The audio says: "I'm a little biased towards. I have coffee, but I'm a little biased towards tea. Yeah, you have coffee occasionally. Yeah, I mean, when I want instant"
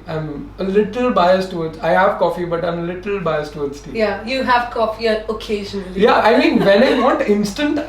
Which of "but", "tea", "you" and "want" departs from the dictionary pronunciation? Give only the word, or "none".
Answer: want